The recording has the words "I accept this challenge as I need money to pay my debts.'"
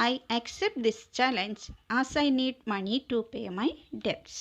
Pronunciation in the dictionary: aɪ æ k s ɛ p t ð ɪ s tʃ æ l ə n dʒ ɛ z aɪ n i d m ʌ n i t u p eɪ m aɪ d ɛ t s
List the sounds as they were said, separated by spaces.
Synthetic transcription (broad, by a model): aɪ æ k s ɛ p t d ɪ s tʃ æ l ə n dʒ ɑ s aɪ n i d m ʌ n i t u p eɪ m aɪ d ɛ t s